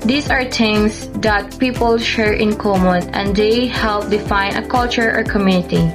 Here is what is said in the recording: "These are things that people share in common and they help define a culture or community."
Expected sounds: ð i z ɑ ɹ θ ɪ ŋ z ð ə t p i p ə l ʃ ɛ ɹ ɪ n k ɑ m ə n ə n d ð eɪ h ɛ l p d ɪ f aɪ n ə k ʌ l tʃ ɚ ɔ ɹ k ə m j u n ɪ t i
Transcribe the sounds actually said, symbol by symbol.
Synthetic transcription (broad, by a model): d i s ɑ ɹ t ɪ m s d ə t p i p ə l ʃ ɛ ɹ ɪ n k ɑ m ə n ə n d eɪ h ɛ l p d ɪ f aɪ n ə k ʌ l tʃ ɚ ɔ ɹ k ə m j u n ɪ t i